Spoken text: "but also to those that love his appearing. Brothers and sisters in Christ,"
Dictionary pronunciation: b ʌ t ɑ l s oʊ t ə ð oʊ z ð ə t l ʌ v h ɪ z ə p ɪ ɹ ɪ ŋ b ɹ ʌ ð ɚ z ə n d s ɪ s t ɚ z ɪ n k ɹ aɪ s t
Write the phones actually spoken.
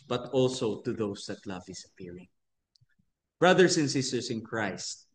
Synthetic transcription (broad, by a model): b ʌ t ɑ l s oʊ t ə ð oʊ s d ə t l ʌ v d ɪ s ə p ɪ ɹ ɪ ŋ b ɹ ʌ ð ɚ s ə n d s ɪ s t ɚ s ɪ n k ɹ aɪ s t